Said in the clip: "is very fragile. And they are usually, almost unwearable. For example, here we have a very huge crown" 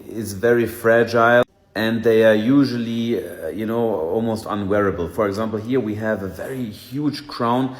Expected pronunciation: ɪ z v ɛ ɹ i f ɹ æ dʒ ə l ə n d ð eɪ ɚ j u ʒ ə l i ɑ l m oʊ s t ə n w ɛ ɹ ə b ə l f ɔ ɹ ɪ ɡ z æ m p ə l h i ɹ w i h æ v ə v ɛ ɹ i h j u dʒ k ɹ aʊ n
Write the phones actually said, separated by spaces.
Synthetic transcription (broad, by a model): ɪ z v ɛ ɹ i f ɹ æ dʒ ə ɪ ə n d ð eɪ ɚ j u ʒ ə n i ɑ l m oʊ s t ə n w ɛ ɹ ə b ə l f ɔ ɹ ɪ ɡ z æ m p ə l h i ɹ w i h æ v ə v ɛ ɹ i h j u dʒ k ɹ aʊ n